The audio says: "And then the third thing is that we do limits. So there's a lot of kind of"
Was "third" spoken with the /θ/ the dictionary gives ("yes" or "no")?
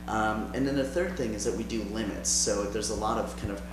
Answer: yes